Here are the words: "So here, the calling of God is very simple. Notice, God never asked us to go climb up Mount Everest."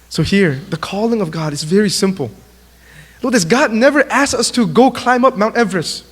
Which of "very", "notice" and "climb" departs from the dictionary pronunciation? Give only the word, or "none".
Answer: notice